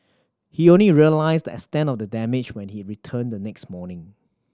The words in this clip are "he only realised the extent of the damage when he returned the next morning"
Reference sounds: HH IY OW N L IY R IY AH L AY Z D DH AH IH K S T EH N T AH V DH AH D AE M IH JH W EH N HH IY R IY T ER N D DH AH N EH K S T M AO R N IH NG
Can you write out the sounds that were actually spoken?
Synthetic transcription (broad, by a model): HH IY OW N L IY R IY AH L AY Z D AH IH S T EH N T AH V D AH D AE M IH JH W EH N HH IY R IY T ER N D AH N EH K S T M AO N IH NG